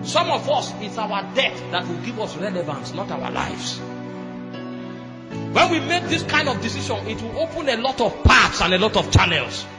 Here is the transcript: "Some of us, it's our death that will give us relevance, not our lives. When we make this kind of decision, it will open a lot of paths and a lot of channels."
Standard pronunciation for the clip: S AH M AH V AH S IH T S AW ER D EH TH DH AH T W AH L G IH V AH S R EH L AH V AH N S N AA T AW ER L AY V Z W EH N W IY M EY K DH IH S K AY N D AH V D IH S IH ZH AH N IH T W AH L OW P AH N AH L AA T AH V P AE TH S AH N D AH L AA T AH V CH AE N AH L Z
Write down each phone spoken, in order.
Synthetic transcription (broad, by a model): S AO M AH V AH S IH T S AW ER D EH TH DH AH T W AH L G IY V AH S R EH L AH V AH N S N AA T AW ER L AY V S W EH N W IY M EY K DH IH S K AY N D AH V D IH S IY SH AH N IH T W AH L OW P AH N AH L AA T AH V P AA T S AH N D AH L AA T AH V CH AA N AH L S